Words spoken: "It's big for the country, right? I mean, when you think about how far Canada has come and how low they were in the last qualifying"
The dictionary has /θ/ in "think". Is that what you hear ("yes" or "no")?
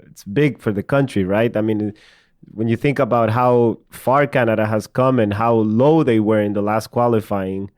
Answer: yes